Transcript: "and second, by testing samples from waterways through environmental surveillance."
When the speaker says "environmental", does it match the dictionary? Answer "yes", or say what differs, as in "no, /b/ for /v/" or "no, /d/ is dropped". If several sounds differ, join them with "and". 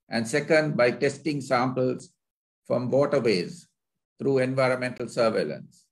yes